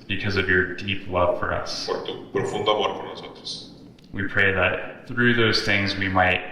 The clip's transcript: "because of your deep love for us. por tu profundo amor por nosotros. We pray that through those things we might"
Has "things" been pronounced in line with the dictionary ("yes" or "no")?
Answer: yes